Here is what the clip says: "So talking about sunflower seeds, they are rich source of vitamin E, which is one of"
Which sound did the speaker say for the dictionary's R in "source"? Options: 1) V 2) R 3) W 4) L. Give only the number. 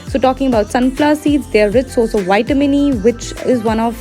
4